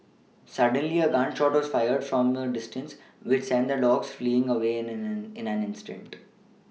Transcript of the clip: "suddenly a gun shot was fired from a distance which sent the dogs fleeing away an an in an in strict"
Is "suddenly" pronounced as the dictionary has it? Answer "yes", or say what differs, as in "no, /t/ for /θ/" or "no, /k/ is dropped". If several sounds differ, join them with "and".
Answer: yes